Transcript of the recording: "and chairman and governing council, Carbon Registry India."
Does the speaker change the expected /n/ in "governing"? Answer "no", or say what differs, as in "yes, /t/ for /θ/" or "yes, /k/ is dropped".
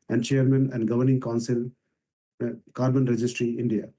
no